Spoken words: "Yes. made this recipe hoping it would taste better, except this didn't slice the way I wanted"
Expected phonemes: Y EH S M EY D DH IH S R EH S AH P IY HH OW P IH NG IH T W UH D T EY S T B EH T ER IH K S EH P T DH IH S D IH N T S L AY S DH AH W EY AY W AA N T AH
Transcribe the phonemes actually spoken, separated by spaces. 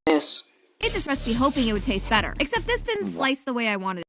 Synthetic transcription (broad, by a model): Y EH S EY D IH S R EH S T B IY HH OW P IH NG IH T W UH D T EY S T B EH T ER IH K S EH P T DH IH S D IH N S L AY S DH AH W EY AY W AA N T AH